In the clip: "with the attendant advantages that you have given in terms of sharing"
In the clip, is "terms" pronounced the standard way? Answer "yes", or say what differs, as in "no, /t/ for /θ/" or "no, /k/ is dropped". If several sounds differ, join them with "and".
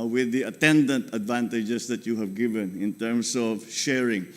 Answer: no, /s/ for /z/